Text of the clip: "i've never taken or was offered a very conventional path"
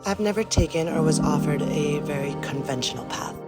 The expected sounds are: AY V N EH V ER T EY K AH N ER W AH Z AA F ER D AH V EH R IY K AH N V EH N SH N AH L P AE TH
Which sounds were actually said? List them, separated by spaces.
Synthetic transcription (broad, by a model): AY V N EH V ER T EY K AH N ER W AH Z AA F ER D AH V EH R IY K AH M V EH N SH N L P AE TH